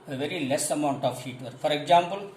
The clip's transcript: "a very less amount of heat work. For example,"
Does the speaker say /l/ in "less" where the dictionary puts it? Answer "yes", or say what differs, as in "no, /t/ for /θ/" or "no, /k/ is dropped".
yes